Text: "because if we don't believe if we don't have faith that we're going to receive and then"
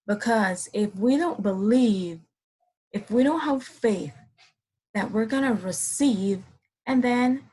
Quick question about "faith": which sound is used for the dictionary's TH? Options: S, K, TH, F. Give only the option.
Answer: TH